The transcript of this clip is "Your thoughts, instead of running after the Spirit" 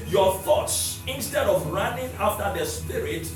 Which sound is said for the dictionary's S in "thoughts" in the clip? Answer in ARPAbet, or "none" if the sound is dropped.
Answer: S